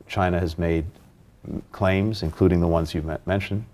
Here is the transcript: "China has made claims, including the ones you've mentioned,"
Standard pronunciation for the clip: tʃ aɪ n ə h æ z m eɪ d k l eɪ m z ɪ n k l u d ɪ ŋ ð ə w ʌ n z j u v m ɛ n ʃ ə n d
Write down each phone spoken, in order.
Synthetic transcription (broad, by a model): tʃ aɪ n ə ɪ z m eɪ d k l eɪ m z ɪ n k l u d ɪ ŋ ð ə w ʌ n z j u m ɛ n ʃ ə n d